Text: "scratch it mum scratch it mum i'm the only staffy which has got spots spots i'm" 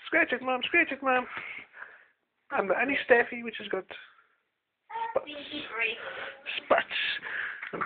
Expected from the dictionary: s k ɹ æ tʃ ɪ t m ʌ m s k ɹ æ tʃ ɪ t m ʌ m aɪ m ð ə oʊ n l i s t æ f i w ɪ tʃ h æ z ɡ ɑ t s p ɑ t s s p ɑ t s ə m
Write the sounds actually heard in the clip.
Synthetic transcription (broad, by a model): s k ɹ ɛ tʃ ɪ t m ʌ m s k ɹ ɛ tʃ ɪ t m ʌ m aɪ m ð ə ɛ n i s t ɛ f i w ɪ tʃ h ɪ z ɡ ɑ t s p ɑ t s s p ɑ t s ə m